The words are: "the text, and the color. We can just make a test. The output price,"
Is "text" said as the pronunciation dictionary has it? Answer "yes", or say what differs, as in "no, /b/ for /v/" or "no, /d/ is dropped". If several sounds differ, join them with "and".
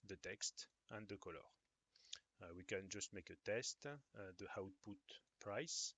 yes